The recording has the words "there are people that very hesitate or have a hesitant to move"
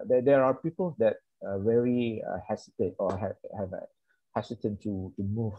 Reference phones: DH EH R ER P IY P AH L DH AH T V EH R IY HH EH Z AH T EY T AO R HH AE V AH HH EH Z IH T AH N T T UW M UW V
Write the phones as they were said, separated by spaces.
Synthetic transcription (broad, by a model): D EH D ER P IY P AH L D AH T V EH R IY HH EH S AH T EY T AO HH HH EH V AH HH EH S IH T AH N T T UW M UW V